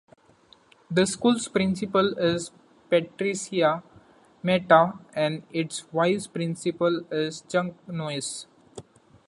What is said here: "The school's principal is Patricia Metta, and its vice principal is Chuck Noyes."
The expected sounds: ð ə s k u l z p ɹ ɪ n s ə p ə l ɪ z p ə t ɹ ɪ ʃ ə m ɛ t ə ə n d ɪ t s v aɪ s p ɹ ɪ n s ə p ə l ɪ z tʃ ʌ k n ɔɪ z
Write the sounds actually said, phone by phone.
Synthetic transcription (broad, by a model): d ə s k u l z p ɹ ɪ n s ə p ə l ɪ z p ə t ɹ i s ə m ɛ t ə ə n d ɪ t s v aɪ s p ɹ ɪ n s ə p ə l ɪ z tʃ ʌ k n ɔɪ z